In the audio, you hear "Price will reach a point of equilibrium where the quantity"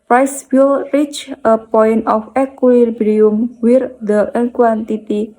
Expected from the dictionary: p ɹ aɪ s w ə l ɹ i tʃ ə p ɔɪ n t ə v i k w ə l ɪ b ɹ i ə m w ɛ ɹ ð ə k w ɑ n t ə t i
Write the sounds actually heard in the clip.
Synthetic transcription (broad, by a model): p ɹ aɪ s w ə l ɹ i tʃ ə p ɔɪ n t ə f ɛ k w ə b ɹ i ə m w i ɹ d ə k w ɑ n t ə t i